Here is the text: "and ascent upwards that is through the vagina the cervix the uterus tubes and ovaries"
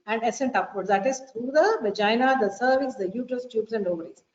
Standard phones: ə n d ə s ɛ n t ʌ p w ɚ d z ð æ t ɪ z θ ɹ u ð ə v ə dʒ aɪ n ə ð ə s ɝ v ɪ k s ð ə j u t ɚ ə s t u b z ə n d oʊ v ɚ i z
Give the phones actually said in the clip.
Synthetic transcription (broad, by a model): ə n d ə s ɛ n t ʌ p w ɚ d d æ t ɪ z t ɹ u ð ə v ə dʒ aɪ n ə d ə s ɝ v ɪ s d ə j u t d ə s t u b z ə n d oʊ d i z